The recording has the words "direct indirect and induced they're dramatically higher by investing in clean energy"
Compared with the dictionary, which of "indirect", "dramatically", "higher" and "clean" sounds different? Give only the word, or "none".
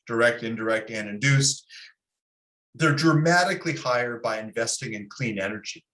none